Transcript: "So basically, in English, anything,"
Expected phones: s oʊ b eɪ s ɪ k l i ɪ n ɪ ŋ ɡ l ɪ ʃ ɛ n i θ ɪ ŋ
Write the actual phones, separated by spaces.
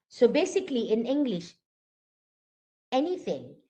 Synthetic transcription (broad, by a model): s oʊ b eɪ s ɪ k l i ɪ n ɪ ŋ ɡ l ɪ ʃ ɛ n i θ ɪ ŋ